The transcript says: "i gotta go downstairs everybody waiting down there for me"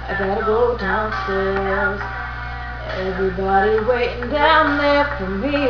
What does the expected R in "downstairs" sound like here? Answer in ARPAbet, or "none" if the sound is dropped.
L